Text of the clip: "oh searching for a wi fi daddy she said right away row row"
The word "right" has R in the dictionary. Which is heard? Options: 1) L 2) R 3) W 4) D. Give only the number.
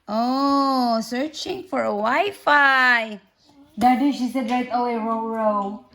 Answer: 1